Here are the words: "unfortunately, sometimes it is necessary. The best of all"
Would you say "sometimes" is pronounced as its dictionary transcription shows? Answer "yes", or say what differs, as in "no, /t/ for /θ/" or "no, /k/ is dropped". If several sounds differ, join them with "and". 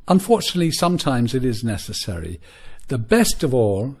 yes